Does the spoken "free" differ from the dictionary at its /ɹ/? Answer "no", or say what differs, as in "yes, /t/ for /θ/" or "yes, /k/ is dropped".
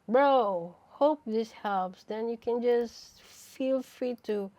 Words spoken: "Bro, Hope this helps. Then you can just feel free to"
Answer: no